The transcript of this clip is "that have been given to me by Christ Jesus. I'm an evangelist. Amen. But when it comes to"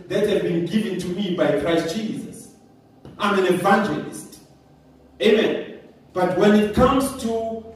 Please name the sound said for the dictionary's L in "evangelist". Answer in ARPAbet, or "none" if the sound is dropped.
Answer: L